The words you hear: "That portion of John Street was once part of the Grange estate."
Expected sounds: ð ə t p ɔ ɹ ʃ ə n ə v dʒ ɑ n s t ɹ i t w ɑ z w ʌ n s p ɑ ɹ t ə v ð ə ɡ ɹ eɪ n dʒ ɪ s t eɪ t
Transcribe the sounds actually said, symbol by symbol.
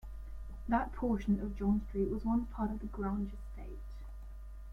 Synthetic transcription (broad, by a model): ð ə t p ɔ ʃ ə n ə v dʒ ɑ n s t ɹ i t w ɑ z w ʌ n p ɑ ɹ t ə v ð ə ɡ ɹ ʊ n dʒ ɪ s t eɪ t